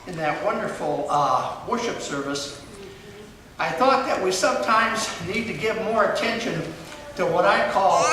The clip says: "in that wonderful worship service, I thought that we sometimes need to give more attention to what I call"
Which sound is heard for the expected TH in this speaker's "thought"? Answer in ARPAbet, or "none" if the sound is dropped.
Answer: TH